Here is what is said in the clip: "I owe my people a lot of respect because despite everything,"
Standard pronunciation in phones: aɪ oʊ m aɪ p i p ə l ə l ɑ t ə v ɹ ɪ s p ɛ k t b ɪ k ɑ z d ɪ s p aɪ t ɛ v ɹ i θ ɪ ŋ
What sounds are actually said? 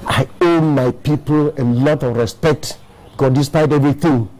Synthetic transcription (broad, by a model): aɪ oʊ m aɪ p i p ə l ə l ɑ t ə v ɹ ɪ s p ɛ k t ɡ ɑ d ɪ s p aɪ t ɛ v ɹ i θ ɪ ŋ